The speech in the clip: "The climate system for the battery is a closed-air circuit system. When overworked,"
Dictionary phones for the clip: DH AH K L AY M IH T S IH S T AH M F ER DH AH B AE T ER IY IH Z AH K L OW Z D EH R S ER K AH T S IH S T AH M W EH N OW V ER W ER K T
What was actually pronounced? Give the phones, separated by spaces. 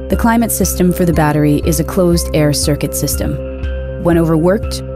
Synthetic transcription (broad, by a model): DH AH K L AY M IH T S IH S T AH M F ER DH AH B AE T ER IY IH Z AH K L OW Z D EH R S ER K AH T S IH S T AH M W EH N OW V ER W ER K T